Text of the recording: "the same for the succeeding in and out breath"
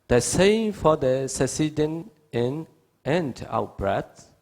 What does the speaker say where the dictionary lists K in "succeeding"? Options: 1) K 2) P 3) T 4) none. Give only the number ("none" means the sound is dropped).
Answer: 4